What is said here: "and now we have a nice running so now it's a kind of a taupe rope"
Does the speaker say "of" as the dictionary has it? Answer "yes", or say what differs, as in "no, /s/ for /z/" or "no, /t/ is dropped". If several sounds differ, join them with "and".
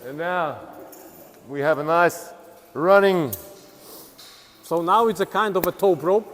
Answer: yes